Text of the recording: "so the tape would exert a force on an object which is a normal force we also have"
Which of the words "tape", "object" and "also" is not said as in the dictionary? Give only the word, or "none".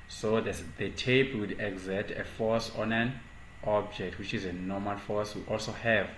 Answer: tape